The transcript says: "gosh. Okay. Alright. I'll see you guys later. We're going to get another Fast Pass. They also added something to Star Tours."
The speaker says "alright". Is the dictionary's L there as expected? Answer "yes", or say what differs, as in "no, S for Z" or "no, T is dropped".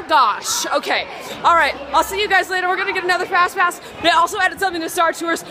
yes